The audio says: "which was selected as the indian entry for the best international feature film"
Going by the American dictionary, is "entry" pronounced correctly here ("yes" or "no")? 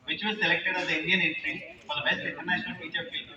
no